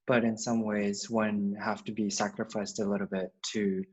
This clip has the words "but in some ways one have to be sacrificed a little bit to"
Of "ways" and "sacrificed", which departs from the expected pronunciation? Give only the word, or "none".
none